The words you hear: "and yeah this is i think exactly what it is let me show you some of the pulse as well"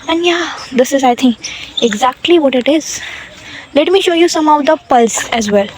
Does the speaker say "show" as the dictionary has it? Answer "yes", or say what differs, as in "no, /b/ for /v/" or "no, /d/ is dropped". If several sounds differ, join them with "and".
yes